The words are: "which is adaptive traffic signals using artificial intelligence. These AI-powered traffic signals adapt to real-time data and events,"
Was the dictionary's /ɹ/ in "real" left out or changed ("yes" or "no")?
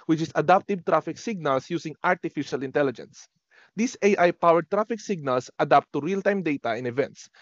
no